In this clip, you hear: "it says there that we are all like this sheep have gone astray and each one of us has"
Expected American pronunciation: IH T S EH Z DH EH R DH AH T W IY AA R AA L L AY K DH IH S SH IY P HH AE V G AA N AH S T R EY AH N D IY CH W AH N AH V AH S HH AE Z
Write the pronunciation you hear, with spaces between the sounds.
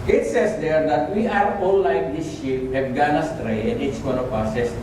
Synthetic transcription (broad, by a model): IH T S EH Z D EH R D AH T W IY AA R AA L L AY K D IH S SH IY P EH F G AA N AH S T R EY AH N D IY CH W AH N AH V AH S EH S